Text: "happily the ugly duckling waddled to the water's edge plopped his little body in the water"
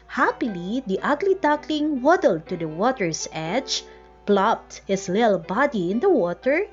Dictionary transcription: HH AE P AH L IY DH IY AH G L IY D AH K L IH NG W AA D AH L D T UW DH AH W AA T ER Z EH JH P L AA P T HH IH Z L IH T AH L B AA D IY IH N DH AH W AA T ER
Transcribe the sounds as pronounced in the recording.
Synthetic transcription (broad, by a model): HH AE P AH L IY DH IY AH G L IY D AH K L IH NG W AA D AH L D T UW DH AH W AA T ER S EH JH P L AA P T HH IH S L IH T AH L B AA D IY IH N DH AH W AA T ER